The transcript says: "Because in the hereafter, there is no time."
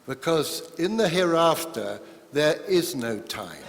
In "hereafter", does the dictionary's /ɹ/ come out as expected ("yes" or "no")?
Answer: yes